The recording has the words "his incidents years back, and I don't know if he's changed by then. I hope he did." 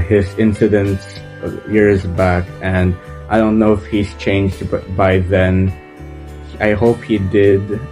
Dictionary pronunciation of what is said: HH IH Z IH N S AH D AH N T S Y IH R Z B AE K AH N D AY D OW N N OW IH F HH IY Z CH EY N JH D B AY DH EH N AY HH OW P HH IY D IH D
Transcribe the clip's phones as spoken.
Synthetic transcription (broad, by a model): HH IH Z IH N S AH D AH N T S Y IH R Z B AE K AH N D AY D OW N N OW IH F HH IY Z CH EY N JH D B AY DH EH N AY HH OW P HH IY D IH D